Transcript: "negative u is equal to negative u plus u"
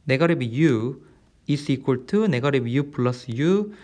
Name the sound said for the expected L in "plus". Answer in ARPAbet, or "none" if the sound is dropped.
L